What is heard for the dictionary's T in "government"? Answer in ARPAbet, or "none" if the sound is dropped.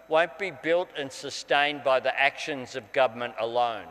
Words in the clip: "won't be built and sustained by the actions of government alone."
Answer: T